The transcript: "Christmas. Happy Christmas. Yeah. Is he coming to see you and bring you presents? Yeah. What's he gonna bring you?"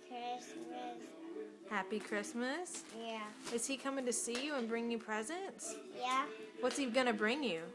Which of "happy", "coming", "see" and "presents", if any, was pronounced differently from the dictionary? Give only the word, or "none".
none